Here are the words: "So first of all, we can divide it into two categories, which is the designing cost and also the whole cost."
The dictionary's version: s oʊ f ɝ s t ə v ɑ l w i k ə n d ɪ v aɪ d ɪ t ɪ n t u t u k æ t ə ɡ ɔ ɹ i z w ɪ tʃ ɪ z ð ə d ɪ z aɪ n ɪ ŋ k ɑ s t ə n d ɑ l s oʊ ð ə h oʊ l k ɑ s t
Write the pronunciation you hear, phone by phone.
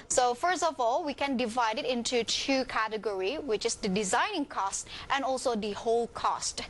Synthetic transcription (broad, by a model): s oʊ f ɝ s t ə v ɑ l w i k ə n d ɪ v aɪ d ɪ t ɪ n t u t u k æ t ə ɡ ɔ ɹ i w ɪ tʃ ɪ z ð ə d ɪ z aɪ n ɪ ŋ k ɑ s t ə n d ɑ l s oʊ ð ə h oʊ l k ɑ s t